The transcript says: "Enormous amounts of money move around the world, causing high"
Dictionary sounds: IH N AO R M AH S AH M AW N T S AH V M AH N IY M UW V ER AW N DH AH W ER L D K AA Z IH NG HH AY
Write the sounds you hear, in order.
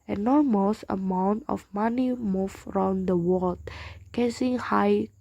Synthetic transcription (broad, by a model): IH N AO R M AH S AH M AW N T AH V M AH N IY M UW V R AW N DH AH W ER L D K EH S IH NG HH AY